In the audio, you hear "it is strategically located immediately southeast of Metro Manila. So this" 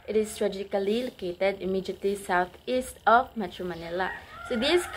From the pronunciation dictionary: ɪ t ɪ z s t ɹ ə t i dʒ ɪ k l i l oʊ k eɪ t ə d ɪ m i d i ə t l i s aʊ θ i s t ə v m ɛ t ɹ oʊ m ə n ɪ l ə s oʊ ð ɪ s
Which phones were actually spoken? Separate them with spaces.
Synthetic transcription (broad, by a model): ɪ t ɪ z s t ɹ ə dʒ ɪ k l i l oʊ k eɪ t ə d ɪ m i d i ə t l i s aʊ t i s t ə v m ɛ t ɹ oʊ m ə n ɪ l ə s oʊ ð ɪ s